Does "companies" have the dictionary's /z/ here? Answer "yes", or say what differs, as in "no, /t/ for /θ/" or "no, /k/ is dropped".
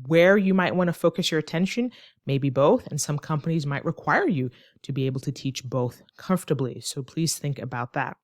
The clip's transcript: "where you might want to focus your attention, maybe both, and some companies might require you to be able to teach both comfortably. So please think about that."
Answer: yes